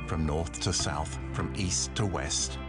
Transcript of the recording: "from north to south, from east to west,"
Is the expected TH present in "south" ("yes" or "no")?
yes